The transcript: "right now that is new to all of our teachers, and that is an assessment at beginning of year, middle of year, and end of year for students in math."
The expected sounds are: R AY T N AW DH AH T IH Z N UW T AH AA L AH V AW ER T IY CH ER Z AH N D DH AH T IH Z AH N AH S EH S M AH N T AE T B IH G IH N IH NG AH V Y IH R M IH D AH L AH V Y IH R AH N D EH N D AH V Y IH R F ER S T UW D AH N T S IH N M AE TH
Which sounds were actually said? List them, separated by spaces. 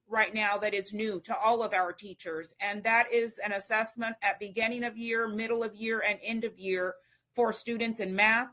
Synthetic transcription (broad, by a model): R AY T N AW DH AH T IH Z N UW T AH AA L AH V AW ER T IY CH ER Z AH N DH AH T IH Z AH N AH S EH S M AH N T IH T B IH G IH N IH NG AH V Y IH R M IH D L AH V Y IH R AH N EH N D AH V Y IH R F ER S T UW D N T S IH N M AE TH